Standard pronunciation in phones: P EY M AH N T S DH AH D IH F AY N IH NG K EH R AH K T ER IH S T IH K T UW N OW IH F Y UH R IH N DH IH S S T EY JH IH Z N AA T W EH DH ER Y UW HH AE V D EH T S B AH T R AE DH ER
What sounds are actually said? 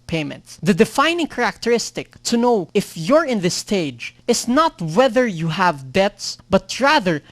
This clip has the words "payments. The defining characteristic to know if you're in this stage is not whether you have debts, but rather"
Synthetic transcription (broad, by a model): P EY M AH N T S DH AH D IH F AY N IH NG K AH R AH K T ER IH S T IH K T UW N OW IH F Y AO R IH N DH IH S S T EY JH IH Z N AA T W EH DH ER Y UW HH AE V D EH T S B AH T R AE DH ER